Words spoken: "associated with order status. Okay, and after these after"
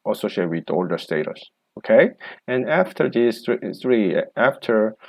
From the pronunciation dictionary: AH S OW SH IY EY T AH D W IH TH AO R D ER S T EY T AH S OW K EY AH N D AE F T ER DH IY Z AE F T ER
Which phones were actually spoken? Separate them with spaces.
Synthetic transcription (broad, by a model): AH S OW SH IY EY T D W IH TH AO L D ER S T EY T AH S OW K EY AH N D AE F T ER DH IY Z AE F T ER